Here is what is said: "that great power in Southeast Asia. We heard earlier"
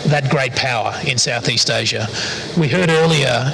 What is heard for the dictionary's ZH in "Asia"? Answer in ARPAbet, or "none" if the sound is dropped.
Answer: ZH